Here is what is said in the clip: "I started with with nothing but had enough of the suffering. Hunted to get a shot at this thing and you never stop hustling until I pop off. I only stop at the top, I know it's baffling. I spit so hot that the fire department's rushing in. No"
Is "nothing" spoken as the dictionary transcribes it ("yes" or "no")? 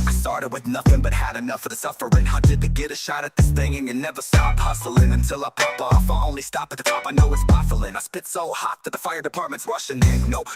yes